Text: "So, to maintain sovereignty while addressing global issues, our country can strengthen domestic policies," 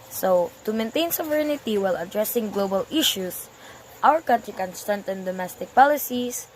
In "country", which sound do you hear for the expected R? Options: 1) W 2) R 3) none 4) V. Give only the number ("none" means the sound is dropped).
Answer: 2